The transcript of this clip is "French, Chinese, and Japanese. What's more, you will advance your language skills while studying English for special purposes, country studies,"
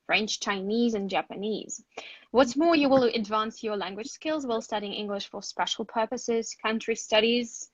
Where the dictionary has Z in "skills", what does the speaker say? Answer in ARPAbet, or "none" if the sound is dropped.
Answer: Z